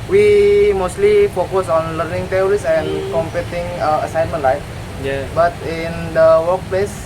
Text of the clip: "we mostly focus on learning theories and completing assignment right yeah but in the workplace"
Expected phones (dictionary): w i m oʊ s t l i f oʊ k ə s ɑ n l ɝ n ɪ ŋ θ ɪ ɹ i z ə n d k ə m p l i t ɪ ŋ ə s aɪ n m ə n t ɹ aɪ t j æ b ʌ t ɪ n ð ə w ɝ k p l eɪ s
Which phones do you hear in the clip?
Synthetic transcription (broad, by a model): w i m oʊ s t l i f oʊ k ə s ɑ n l ɝ n ɪ ŋ t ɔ ɹ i s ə n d k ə m p i t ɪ ŋ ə s aɪ n m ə n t l aɪ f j b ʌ t ɪ n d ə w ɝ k p l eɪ s